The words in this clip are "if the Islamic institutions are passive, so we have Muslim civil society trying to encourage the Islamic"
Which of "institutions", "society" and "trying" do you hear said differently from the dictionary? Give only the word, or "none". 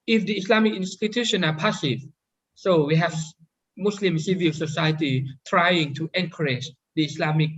institutions